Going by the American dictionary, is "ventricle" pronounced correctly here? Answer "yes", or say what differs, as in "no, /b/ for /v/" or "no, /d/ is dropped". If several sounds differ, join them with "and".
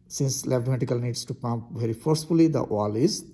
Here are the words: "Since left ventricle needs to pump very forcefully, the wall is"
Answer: no, /n/ is dropped and /ɹ/ is dropped